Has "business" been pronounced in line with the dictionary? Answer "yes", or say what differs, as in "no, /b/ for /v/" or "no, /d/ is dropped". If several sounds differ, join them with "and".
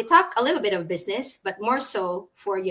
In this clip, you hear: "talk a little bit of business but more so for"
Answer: yes